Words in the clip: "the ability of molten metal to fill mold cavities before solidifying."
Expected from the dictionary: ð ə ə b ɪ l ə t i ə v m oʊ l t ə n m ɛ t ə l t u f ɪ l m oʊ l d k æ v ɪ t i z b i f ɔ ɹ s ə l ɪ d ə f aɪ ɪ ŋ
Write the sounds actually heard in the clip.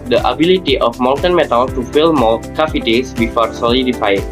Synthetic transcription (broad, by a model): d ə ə b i l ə t i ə f m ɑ n t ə n m ɛ t ə l t u f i l m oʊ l k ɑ f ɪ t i s b i f ɔ ɹ s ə l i d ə f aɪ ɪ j